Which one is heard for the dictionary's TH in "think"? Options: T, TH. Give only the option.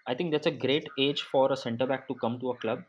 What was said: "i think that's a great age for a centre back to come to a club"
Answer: T